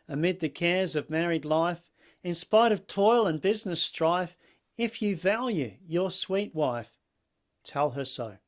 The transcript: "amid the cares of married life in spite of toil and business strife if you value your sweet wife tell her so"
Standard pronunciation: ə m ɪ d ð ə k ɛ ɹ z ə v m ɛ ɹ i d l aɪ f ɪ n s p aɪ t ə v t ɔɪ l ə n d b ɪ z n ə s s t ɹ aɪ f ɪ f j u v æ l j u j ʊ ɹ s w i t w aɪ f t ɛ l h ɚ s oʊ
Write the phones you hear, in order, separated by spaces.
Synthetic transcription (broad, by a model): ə m ɪ d ð ə k ɛ ɹ z ə v m ɛ ɹ i d l aɪ f ɪ n s p aɪ t ə v t ɔɪ l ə n b ɪ z n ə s s t ɹ aɪ f ɪ f j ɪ v æ l j u j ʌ ɹ s w i t w aɪ f t ɛ l ɚ s oʊ